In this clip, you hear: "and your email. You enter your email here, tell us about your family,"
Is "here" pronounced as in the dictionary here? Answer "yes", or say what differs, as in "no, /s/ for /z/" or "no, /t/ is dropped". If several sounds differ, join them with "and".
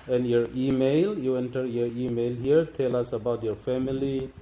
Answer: yes